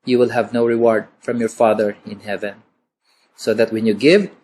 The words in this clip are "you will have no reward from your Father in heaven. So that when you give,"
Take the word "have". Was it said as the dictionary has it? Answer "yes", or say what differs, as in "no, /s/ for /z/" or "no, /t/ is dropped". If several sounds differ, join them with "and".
yes